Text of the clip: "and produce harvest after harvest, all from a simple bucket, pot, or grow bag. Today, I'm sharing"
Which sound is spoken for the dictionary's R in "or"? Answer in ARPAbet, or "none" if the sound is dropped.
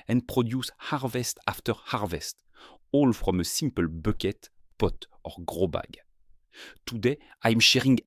R